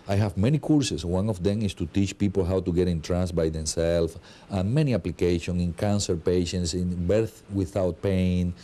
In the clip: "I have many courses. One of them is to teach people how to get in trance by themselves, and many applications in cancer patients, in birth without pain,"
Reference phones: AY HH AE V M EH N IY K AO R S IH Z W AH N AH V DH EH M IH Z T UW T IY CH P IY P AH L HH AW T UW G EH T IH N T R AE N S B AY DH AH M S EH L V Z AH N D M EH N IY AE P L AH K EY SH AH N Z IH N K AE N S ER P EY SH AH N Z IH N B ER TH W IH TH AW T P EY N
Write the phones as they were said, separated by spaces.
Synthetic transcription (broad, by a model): AY HH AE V M EH N IY K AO R S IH S W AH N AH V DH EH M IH S T UW T IY CH P IY P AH L HH AW T UW G EH T IH N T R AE N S B AY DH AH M S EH L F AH N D M EH N IY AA P L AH K EY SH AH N IH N K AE N S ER P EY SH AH N S IH N B ER TH W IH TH AW T P EY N